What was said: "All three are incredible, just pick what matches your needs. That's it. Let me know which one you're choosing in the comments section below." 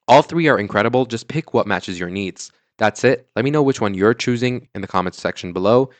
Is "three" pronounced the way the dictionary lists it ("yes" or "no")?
yes